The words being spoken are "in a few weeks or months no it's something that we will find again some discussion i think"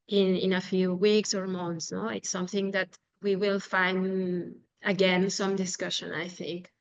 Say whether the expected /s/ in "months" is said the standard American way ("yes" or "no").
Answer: yes